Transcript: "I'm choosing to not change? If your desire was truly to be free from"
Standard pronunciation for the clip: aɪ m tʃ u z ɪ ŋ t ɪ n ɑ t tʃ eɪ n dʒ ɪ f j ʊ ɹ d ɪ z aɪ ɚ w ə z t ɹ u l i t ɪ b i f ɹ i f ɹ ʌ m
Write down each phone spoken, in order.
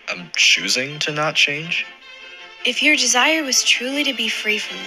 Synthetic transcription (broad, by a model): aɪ m tʃ u z ɪ ŋ t ɪ n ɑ t tʃ eɪ n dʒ ɪ f j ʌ ɹ d ɪ z aɪ ɚ w ə z t ɹ u l i t ɪ b i f ɹ i f ɹ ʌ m